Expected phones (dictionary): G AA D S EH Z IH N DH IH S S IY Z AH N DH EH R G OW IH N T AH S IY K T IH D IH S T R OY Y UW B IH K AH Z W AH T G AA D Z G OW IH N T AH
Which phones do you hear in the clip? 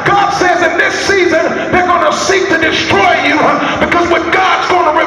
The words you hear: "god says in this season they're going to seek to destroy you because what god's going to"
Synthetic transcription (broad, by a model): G AA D S EH Z IH N DH IH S S IY Z AH N DH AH R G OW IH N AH S IY K T IH D IH S T R OY Y UW B IH K AH Z W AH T G AA D Z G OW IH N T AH